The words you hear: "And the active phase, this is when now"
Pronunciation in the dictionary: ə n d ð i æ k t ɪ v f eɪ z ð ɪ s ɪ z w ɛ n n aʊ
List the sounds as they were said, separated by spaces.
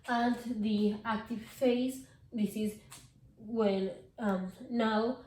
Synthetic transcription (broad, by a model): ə n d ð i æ k t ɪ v f eɪ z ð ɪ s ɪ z w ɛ l n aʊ